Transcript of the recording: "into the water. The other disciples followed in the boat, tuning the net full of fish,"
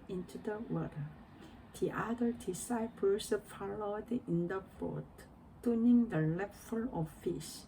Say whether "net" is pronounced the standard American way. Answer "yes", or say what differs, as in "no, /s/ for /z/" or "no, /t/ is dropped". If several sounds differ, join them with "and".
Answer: no, /l/ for /n/